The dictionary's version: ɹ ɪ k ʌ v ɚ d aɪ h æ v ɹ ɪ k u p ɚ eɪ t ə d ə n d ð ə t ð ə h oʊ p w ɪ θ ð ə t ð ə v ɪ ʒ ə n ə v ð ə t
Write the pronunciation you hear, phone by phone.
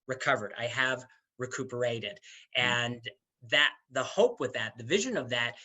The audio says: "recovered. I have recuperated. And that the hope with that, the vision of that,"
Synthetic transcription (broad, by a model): ɹ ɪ k ʌ v ɚ d aɪ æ v ɹ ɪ k u p ɚ eɪ t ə d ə n ð ə t ð ə h oʊ p w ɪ ð ə t ð ə v ɪ ʒ ə n ə v ð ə t